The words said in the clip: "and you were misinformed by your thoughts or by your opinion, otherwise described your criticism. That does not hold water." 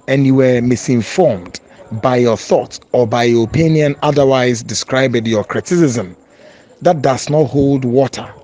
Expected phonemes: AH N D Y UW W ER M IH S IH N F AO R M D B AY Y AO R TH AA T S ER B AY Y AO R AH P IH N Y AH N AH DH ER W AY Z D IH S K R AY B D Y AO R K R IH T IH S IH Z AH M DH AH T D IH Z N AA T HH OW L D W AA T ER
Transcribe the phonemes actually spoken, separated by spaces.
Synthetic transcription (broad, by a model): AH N Y UW W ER M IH S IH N F AO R M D B AY Y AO TH AA T S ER B AY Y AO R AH P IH N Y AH N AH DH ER W AY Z D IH S K R AY B D Y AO K R IH T IH S IH Z AH M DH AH T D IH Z N AA T HH OW L D W AA T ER